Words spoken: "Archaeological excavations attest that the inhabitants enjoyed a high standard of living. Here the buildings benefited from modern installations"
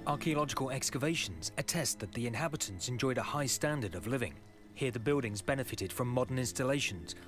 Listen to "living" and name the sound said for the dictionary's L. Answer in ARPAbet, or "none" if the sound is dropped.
L